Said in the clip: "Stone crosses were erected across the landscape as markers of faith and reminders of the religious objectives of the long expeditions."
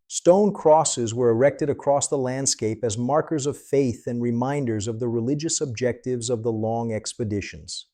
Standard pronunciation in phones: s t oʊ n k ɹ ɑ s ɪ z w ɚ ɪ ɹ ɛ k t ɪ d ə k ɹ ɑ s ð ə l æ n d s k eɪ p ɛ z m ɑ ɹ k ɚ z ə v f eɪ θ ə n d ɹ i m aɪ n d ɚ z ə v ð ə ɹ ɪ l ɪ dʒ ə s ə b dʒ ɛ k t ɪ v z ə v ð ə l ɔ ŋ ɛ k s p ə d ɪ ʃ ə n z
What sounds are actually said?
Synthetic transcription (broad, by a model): s t oʊ n k ɹ ɑ s ɪ z w ɚ ɪ ɹ ɛ k t ɪ d ə k ɹ ɑ s ð ə l æ n d s k eɪ p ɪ z m ɑ ɹ k ɚ z ə v f eɪ θ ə n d ɹ i m aɪ n d ɚ z ə v ð ə ɹ ɪ l ɪ dʒ ə s ə b dʒ ɛ k t ɪ v z ə v ð ə l ɔ ŋ ɛ k s p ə d ɪ ʃ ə n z